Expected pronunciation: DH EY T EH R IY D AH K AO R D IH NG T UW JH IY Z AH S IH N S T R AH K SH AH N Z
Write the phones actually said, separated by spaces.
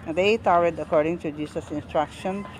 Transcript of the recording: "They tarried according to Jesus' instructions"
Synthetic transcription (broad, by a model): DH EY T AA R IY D AH K AO R D IH NG T UW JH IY S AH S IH N S T R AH K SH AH N